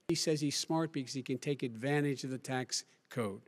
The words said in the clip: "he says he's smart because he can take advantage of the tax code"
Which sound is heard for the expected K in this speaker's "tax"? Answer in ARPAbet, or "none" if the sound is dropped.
K